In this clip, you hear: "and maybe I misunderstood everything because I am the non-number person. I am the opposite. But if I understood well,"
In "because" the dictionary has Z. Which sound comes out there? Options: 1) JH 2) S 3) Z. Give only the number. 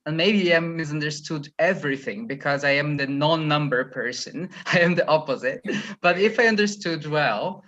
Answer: 3